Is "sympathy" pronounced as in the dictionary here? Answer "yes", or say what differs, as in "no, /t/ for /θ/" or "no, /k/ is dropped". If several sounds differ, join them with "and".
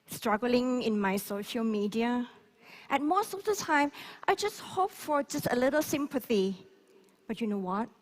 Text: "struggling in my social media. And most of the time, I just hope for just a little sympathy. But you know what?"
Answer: yes